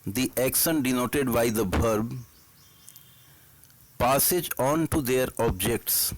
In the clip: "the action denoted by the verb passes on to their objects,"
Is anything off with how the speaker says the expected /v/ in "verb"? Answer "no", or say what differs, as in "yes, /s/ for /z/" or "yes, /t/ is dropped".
yes, /b/ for /v/